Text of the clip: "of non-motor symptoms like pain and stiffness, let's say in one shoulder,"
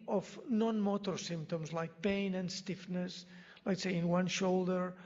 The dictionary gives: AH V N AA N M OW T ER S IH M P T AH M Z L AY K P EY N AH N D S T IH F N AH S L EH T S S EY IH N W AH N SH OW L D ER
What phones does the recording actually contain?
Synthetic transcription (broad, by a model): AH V N AA N M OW T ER S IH M P T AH M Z L AY K P EY N AH N D S T IH F N AH S L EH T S S EY IH N W AH N SH OW L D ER